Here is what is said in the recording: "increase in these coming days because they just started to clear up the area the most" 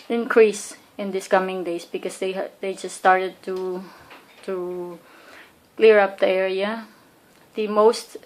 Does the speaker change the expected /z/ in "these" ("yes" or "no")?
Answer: yes